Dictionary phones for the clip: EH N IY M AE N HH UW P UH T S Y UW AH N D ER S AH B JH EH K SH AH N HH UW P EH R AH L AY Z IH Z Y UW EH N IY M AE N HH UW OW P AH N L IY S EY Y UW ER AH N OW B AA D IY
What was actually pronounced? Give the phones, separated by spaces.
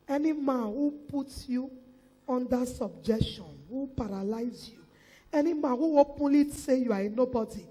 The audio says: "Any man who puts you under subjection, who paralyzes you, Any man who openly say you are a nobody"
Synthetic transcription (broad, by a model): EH N IY M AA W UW P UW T Y UW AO N D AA S AH B JH EH K SH AH N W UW P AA R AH L AY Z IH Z Y UW EH N IY M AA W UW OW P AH L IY S EY Y UW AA AH N OW B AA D IY